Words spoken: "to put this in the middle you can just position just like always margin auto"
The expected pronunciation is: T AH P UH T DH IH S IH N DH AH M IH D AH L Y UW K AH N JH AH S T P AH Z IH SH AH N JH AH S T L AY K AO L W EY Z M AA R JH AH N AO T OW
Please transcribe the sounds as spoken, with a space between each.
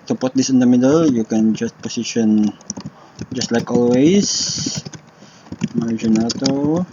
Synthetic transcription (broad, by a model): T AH P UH T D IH S IH N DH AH M IH D AH L Y UW K AH N JH AH S T P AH S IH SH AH N JH AH S T L AY K AO L W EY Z M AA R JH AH N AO T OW